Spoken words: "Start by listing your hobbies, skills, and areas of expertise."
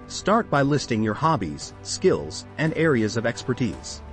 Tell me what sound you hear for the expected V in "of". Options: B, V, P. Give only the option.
V